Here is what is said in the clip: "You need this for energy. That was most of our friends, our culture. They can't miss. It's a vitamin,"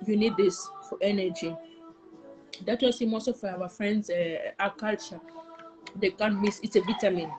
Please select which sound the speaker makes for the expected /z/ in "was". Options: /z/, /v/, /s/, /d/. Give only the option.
/s/